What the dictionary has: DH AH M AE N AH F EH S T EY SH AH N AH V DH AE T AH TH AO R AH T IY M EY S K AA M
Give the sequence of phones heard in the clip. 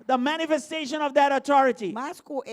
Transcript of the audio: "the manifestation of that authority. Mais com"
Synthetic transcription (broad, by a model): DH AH M AE N AH F EH S T EY SH AH N AH V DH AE T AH T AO R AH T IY M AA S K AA